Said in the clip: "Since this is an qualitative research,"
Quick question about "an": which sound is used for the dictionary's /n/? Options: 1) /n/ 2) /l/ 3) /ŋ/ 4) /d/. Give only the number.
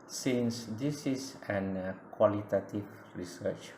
1